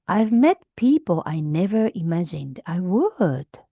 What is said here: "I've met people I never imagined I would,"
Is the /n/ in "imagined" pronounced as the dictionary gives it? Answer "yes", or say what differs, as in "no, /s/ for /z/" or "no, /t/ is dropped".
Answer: yes